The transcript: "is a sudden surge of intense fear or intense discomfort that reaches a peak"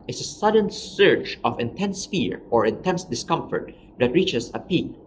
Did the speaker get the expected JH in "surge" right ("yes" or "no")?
no